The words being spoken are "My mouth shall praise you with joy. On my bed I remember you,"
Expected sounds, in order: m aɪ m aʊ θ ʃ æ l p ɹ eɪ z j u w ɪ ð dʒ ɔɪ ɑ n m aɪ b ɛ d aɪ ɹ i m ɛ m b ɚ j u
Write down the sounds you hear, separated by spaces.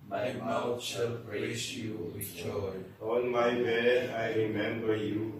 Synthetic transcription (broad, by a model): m aɪ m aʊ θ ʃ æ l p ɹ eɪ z j u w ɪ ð dʒ ɔɪ ɑ n m aɪ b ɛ aɪ ɹ i m ɛ m b ɚ j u